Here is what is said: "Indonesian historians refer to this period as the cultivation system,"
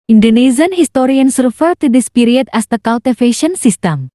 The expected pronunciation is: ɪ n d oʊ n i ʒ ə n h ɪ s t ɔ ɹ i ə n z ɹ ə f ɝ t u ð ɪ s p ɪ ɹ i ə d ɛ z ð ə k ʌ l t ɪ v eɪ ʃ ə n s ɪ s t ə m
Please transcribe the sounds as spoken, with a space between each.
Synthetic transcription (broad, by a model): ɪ n d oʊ n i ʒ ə n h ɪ s t ɔ ɹ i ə n s ɹ ə f ɝ t u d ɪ s p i ɹ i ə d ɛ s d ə k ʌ l t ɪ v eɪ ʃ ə n s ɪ s t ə m